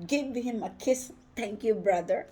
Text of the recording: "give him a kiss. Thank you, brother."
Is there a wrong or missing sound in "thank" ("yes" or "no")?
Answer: yes